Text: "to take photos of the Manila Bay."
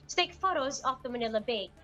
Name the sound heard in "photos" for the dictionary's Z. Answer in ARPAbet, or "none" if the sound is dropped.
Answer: Z